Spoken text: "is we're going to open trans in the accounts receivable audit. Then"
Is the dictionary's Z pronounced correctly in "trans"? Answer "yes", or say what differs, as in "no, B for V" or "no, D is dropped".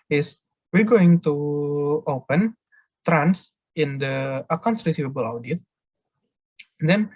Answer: no, S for Z